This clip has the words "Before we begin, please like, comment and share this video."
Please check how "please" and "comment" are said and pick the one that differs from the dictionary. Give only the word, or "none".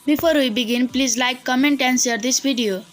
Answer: none